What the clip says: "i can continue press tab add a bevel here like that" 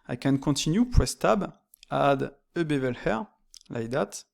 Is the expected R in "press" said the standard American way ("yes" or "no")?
no